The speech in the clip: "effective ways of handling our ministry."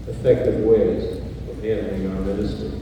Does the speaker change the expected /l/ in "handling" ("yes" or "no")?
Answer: yes